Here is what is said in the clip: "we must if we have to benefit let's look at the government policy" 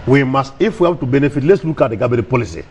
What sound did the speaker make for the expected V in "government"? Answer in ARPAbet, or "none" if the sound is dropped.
B